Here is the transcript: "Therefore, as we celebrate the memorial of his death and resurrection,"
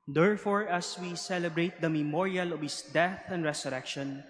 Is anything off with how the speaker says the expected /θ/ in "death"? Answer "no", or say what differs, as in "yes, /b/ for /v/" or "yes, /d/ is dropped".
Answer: no